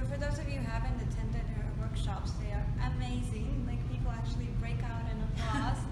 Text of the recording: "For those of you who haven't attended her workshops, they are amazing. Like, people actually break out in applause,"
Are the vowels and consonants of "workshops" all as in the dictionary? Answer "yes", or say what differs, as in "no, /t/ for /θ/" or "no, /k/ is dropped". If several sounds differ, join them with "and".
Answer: yes